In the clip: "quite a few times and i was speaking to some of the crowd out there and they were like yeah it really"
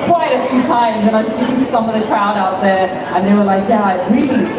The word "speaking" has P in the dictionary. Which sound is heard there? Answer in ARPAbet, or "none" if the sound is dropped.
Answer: none